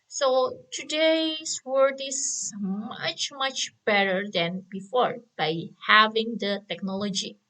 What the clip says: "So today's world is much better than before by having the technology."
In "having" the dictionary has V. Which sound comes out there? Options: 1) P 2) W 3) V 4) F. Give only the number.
3